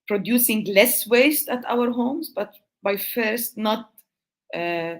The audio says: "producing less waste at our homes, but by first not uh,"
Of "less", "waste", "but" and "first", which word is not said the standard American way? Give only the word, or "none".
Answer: none